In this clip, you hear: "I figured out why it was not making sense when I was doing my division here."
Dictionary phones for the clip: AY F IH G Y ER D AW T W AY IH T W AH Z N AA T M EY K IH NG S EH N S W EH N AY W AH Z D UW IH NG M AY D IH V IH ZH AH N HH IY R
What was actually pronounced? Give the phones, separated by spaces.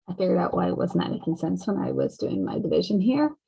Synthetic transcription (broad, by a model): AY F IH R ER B AW T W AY IH T W AH Z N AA T M EY K IH NG S EH N S W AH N AY W AH Z D UW IH NG M AY D IH V IH ZH AH N HH IY R